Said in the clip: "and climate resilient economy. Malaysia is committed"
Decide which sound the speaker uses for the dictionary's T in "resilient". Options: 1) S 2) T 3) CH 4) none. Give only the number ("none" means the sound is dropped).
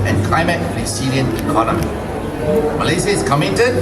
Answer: 4